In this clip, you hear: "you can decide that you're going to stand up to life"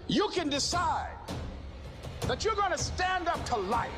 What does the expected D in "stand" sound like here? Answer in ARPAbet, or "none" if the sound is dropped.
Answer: D